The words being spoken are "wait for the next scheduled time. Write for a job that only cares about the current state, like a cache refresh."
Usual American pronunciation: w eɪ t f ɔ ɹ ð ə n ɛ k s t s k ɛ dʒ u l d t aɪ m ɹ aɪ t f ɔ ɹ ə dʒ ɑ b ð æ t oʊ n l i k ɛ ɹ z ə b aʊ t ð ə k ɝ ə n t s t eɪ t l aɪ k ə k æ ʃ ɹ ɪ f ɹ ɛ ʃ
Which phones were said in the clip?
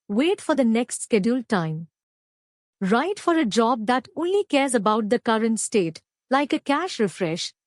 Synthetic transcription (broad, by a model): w eɪ t f ɔ ɹ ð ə n ɛ k s t s k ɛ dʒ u l t aɪ m ɹ aɪ t f ɔ ɹ ə dʒ ɑ b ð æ t oʊ n l i k ɛ ɹ z ə b aʊ t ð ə k ɝ ə n t s t eɪ t l aɪ k ə k æ ʃ ɹ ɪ f ɹ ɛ ʃ